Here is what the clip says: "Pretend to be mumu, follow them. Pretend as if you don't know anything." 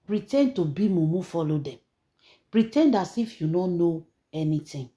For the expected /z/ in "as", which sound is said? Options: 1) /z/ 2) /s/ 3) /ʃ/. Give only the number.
2